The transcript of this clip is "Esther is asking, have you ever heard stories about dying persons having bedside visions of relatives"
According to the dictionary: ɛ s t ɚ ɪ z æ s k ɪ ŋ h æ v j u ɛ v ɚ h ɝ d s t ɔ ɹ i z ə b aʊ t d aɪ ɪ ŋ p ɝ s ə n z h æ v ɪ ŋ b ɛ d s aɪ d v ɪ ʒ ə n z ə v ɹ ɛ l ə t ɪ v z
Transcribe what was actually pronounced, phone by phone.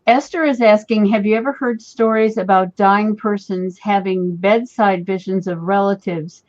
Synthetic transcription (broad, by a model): ɛ s t ɚ ɪ z æ s k ɪ ŋ h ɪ v j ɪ ɛ v ɚ h ɝ d s t ɔ ɹ i z ə b aʊ t d aɪ ɪ ŋ p ɝ s ə n z h æ v ɪ ŋ b ɛ d s aɪ d v ɪ ʒ ə n z ə v ɹ ɛ l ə t ɪ v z